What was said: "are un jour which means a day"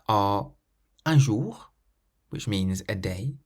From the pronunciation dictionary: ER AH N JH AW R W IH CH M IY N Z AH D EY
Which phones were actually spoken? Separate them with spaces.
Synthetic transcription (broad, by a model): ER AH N ZH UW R W IH CH M IY N Z AH D EY